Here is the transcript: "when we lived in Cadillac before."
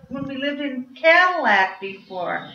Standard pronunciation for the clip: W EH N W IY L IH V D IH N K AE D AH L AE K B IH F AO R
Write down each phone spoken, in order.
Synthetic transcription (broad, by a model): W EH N W IY L IH V D IH N K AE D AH L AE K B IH F AO R